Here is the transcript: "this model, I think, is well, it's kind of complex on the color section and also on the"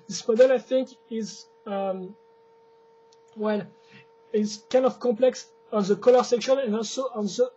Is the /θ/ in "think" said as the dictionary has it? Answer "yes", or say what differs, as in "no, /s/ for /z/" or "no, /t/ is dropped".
yes